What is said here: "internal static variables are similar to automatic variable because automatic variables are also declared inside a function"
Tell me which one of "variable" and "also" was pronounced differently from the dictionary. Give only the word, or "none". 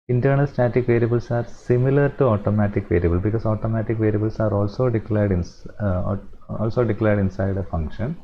none